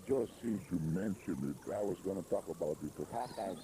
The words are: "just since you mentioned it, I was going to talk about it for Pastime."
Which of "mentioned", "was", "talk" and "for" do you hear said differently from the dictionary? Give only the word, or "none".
for